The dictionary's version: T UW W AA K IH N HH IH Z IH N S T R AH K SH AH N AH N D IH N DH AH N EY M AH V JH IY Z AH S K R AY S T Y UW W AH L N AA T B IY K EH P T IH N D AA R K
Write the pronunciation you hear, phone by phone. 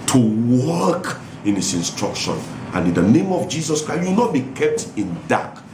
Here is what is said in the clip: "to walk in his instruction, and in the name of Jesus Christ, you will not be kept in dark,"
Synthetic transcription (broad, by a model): T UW W AA K IH N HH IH S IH N S T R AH K SH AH N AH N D IH N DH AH N EY M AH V JH IY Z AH S K R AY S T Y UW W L N AA T B IY K EH P T IH N D AA K